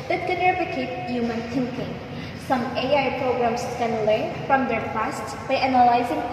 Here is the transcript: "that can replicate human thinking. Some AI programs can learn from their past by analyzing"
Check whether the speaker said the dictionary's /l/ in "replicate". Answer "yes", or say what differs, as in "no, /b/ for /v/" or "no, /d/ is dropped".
no, /l/ is dropped